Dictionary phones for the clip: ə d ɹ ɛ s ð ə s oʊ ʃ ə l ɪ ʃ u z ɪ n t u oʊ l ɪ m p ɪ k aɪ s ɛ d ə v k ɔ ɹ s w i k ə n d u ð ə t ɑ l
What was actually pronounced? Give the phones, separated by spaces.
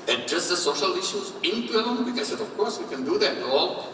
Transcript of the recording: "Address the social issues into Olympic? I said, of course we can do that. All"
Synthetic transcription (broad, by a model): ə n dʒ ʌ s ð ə s oʊ ʃ ə l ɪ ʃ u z ɪ n t u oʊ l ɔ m b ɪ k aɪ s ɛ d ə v k ɔ ɹ s w i k ə n d u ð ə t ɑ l